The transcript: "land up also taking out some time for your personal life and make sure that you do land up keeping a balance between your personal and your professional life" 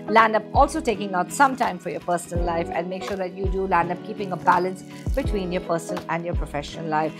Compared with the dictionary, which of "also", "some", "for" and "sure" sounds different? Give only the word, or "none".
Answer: none